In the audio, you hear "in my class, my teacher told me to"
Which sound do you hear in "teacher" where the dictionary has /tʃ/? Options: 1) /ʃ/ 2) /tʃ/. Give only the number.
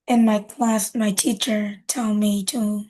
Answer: 2